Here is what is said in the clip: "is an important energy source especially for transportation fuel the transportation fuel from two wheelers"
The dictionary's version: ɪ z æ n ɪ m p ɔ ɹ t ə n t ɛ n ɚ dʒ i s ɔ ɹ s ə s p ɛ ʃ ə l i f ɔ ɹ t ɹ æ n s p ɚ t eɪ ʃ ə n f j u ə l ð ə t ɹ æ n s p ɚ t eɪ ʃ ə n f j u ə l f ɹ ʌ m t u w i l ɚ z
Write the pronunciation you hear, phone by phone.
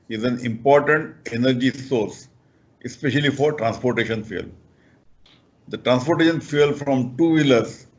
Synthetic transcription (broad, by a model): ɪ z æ n ɪ m p ɔ ɹ t ə n t ɛ n ɚ dʒ i s ɔ ɹ s ə s p ɛ ʃ ə l i f ɔ ɹ t ɹ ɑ n s p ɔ t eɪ ʃ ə n f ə l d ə t ɹ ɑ n s p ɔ t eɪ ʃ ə n f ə l f ɹ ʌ m t u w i l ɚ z